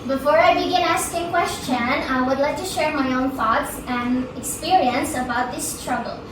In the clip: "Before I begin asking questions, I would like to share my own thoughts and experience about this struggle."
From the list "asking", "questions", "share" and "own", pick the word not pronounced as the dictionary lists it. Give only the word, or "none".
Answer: questions